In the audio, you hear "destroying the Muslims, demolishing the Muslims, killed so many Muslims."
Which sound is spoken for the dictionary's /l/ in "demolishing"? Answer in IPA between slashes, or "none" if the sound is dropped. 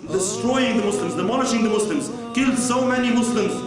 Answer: /n/